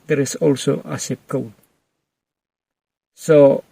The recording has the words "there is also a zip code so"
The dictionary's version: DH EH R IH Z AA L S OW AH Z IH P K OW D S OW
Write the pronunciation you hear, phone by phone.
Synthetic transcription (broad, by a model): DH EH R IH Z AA L S OW AH S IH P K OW S OW